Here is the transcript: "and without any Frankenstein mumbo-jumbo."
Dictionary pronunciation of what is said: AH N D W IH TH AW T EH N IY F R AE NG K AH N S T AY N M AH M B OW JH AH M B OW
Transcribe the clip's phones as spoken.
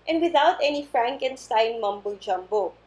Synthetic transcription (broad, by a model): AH N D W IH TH AW T EH N IY F R AE NG K AH N S T AY N M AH M B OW JH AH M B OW